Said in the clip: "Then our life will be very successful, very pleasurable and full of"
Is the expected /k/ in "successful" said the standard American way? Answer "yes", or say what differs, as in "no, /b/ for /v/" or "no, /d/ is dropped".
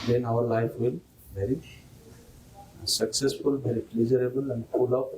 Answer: yes